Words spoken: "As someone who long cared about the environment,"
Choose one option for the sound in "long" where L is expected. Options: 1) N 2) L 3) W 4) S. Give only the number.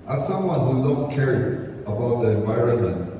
1